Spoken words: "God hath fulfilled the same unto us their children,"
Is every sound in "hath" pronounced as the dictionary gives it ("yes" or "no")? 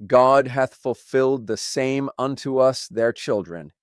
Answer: yes